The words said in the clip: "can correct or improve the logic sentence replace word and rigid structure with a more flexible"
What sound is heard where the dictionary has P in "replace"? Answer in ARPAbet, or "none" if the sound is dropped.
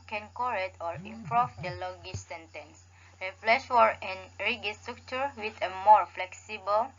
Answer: F